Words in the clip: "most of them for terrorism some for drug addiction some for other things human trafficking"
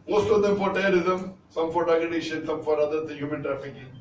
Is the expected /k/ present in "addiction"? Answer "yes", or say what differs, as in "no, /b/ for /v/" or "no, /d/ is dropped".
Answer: no, /k/ is dropped